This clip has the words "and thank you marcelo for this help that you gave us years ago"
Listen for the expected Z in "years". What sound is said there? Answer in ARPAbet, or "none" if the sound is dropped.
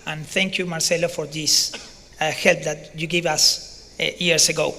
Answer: S